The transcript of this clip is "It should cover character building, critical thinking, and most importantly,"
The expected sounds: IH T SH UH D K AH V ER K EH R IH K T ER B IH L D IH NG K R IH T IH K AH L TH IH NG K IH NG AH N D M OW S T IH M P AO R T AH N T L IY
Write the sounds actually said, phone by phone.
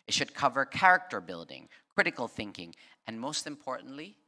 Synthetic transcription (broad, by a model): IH T SH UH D K AH V ER K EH R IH K T ER B IH L D IH NG K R IH T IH K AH L TH IH NG K IH NG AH N M OW S T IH M P AO R T N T L IY